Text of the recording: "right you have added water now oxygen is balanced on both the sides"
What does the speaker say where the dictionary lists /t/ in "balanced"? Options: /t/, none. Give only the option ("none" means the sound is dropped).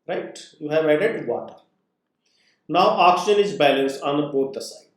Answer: none